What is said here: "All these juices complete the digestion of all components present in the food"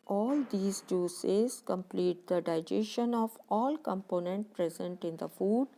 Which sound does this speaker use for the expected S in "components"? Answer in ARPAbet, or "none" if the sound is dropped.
none